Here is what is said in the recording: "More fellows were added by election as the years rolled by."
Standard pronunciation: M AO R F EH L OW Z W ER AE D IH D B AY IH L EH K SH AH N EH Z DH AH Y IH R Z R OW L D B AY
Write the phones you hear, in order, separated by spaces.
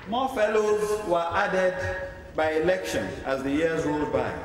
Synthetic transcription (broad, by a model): M AO F EH L OW Z W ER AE D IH D B AY IH L EH K SH AH N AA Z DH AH Y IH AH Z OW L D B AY